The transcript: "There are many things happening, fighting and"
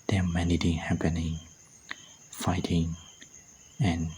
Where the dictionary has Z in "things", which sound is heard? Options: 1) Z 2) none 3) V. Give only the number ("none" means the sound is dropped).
2